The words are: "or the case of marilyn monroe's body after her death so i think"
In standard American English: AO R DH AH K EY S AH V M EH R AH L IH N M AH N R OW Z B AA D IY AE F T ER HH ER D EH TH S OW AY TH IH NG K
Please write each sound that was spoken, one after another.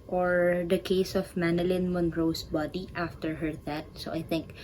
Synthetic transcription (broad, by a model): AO R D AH K EY S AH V M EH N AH L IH N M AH N R OW S B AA D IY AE F T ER HH ER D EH T S OW AY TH IH NG K